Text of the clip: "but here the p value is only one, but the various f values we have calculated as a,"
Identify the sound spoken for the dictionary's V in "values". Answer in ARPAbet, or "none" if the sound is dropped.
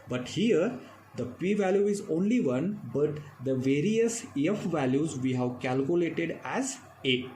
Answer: V